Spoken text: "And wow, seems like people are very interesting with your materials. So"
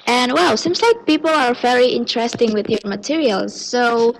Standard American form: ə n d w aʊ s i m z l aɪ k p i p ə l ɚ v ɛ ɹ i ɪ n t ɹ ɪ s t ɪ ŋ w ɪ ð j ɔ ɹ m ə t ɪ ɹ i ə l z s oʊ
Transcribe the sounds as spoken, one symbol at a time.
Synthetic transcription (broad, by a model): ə n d w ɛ s i m z l aɪ k p i p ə l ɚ v ɛ ɹ i ɪ n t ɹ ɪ s t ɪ ŋ w ɪ ð j ɔ ɹ m ə t ɪ ɹ i ə l z s oʊ